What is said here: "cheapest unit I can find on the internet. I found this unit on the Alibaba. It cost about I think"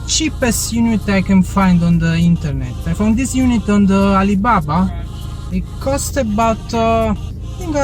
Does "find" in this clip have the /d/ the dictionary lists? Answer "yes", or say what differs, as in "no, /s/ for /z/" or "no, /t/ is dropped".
yes